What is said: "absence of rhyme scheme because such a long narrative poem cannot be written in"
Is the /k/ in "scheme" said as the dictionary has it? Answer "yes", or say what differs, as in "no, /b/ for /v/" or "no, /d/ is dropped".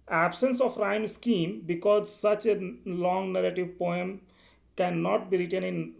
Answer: yes